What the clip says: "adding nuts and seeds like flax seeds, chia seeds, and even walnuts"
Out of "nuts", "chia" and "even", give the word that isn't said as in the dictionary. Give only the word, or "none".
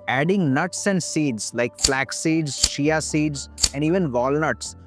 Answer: chia